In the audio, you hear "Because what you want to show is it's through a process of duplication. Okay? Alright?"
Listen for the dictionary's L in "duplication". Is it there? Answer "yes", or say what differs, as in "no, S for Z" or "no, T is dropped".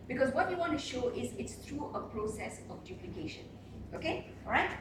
yes